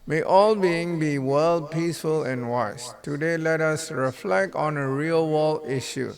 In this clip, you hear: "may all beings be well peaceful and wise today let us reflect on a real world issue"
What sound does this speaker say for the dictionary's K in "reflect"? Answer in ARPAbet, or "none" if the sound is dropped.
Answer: K